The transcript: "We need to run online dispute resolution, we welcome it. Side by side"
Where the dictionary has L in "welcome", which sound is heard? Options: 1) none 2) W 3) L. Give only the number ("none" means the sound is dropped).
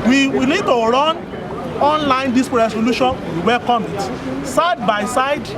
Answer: 3